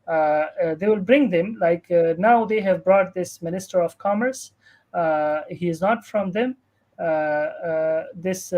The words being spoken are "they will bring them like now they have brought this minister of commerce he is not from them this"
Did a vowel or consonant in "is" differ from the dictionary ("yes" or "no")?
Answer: no